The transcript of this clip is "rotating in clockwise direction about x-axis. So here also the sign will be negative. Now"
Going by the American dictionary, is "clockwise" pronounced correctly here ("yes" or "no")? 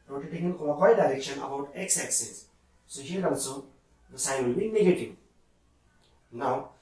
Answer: no